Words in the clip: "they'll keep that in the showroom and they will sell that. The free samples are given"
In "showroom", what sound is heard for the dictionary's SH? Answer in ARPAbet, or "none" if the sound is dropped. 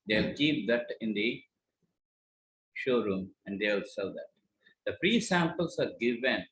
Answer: SH